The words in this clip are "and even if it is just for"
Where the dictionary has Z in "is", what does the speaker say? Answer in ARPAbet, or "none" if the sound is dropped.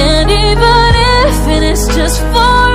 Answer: S